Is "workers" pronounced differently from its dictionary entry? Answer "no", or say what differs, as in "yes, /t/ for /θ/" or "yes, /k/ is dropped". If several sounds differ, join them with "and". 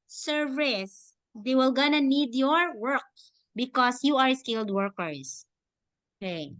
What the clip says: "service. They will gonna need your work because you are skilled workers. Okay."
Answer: yes, /s/ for /z/